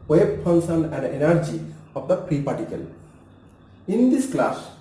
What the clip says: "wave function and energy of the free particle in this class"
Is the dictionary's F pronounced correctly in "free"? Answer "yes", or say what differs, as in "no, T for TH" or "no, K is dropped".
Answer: no, P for F